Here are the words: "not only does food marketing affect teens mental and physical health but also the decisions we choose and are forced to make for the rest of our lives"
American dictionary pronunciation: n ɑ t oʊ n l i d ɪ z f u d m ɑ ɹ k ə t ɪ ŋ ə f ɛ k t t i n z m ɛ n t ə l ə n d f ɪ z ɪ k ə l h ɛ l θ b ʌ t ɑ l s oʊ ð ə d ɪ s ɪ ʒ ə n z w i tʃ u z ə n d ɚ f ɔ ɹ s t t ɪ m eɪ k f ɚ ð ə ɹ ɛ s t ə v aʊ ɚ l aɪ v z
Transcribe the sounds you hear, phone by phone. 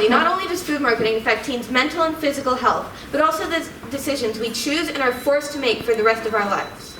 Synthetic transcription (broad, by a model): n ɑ t oʊ n l i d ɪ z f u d m ɑ ɹ k ə t ɪ ŋ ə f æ k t t i n z m ɛ n t l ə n f ɪ z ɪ k l h ɛ l θ b ʌ t ɑ l s oʊ ð ə d ɪ s ɪ ʒ ə n z w i tʃ u z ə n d ɚ f ɔ ɹ s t t ɪ m eɪ k f ɚ ð ə ɹ ɛ s t ə v aʊ ɚ l aɪ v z